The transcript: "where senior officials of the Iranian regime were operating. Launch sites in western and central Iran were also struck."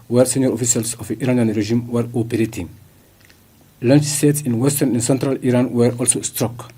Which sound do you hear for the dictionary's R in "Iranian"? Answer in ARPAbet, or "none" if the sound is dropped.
R